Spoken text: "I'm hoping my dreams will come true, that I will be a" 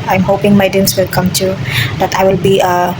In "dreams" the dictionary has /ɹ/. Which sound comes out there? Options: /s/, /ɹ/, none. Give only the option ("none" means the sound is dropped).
none